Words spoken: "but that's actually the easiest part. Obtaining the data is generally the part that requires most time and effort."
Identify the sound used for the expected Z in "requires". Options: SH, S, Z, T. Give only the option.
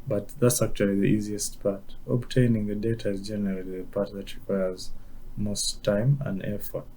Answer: Z